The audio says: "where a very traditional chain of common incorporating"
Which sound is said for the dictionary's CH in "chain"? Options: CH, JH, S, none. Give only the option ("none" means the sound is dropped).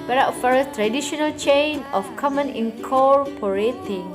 CH